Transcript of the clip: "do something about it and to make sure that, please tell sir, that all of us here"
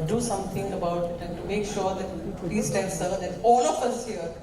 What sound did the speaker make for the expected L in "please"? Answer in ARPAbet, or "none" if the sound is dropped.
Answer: none